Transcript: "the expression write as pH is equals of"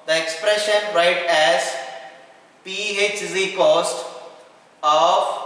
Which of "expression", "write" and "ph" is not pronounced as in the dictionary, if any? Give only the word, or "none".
none